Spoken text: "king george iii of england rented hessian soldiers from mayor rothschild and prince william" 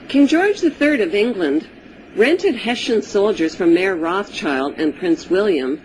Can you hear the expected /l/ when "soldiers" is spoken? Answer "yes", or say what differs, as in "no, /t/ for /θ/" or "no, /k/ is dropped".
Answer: yes